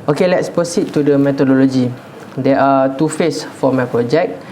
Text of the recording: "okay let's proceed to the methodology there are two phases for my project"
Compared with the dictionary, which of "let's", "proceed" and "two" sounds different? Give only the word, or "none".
proceed